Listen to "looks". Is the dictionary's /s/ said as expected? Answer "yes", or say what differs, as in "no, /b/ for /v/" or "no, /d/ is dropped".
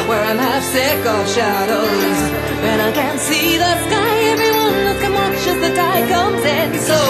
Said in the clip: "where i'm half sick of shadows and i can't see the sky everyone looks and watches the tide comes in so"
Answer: no, /s/ is dropped